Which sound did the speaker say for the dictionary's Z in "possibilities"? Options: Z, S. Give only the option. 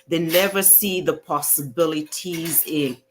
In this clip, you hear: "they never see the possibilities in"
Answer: Z